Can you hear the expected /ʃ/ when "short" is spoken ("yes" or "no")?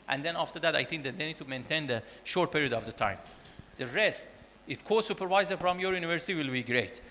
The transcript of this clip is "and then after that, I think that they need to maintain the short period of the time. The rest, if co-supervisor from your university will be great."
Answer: yes